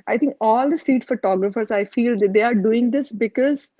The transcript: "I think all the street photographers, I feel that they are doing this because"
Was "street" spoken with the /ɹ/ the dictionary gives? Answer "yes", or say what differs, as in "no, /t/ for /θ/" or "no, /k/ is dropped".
no, /ɹ/ is dropped